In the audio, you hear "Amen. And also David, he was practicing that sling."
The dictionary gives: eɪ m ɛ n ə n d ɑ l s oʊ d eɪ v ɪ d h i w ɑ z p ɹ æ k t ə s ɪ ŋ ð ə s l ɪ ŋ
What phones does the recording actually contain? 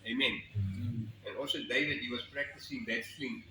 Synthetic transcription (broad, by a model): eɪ m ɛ n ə n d ɑ l s oʊ d eɪ v ɪ d h i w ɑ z p ɹ æ k t ə s ɪ ŋ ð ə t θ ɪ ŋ